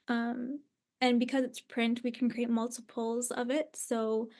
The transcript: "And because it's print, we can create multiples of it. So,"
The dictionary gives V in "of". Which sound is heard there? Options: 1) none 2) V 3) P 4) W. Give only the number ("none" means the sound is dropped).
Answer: 2